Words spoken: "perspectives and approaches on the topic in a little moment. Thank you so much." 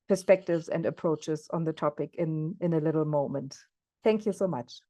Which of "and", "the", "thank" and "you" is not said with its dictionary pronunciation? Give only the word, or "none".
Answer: none